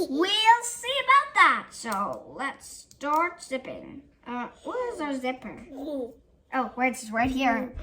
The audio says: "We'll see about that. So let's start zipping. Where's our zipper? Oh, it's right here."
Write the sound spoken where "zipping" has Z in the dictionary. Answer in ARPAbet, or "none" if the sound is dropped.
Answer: S